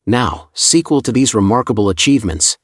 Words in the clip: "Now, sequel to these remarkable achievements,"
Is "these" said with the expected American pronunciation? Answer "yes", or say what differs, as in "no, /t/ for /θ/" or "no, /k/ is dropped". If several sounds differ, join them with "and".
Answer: yes